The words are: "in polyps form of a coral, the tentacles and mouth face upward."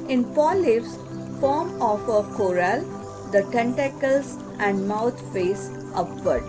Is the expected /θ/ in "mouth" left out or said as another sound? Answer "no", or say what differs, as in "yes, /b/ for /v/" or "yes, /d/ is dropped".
yes, /t/ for /θ/